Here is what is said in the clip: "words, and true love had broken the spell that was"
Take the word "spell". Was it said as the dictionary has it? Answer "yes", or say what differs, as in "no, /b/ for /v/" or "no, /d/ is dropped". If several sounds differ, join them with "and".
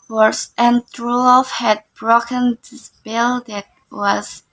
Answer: no, /b/ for /p/